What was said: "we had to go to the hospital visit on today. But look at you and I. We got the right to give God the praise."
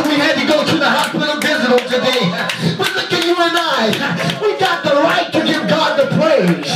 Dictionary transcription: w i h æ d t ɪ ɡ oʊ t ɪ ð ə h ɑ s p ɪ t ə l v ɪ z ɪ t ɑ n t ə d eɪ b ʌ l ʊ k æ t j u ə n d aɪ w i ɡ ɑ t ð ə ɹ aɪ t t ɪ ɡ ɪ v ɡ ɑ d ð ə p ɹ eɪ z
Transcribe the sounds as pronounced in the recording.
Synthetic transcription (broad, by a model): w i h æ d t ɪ ɡ oʊ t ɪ ð ə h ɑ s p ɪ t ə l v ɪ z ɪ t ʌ l t ə d eɪ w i l ʊ k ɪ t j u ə n aɪ w i ɡ ɑ t ð ə ɹ aɪ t t ɪ ɡ ɪ v ɡ ɑ d ð ə p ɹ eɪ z